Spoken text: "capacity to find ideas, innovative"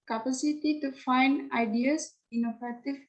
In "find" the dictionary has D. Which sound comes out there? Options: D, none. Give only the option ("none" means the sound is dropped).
D